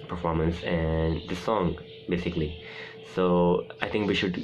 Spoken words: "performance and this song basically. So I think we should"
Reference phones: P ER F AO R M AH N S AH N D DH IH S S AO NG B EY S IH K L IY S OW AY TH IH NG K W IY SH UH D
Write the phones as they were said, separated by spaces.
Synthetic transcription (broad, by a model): P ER F AO R M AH N S AH N D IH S S AO NG B EY S IH K L IY S OW AY T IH NG K W IY SH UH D